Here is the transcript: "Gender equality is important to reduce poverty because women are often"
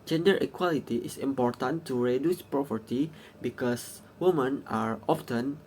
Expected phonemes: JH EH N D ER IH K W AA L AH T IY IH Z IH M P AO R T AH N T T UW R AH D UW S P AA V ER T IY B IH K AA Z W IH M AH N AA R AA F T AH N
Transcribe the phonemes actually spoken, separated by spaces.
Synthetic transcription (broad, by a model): JH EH N D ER IH K W AA L AH T IY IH S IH M P AO R T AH N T T UW R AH D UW S P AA P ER T IY B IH K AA S W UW M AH N AA R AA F T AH N